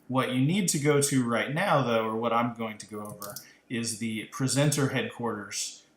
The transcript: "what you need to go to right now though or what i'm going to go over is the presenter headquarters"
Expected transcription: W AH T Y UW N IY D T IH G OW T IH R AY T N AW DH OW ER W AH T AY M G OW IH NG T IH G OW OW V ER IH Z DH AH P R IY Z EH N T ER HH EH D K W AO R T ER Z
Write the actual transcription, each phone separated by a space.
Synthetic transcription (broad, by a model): W AH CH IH N IY D T IH G OW T IH R AY T N AW DH OW ER W AH T AY M G OW IH NG T IH G OW OW V ER IH Z DH AH P R IY Z EH N T ER HH EH D K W AO R T ER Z